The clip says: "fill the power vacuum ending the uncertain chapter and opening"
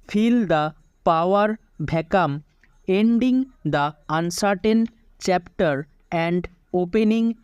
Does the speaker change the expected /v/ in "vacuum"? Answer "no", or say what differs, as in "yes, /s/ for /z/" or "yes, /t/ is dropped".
yes, /b/ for /v/